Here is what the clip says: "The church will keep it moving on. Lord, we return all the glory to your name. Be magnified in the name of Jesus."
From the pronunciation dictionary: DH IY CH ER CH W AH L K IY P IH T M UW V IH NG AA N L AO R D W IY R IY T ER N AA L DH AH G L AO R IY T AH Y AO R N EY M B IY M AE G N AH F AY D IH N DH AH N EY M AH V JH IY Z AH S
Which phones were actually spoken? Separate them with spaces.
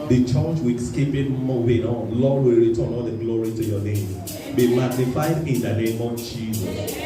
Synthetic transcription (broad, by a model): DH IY CH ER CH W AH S K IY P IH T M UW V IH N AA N L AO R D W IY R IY T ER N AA N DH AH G L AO R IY T AH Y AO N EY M B IY M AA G N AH F AY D IH N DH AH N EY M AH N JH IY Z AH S